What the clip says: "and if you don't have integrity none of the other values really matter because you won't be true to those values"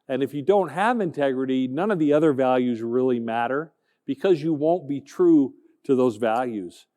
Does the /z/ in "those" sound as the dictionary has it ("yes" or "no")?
yes